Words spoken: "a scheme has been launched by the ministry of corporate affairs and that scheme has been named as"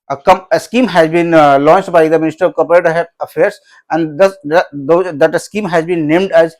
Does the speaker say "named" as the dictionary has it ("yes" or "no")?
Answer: yes